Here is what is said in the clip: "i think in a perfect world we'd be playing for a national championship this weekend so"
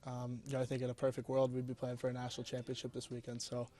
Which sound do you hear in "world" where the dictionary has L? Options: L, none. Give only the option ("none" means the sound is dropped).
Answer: L